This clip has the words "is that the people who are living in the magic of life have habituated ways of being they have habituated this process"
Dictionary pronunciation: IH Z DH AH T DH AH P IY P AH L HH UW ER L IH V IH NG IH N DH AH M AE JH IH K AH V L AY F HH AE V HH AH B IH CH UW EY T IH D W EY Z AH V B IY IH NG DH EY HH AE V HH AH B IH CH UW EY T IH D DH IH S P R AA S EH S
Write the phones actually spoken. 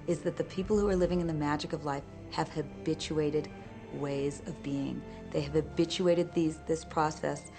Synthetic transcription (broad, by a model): IH Z DH AH T DH AH P IY P L HH UW ER L IH V IH NG IH N DH AH M AE JH IH K AH V L AY F HH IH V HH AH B IH CH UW EY T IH D W EY Z AH V B IY IH NG DH EY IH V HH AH B IH CH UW EY T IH D DH IH S P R AA S EH S